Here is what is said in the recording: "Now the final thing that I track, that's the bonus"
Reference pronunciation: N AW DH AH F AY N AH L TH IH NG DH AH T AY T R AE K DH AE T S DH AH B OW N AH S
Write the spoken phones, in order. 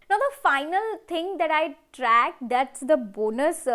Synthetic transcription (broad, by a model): N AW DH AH F AY N AH L T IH NG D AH T AY T R AE K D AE T S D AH B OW N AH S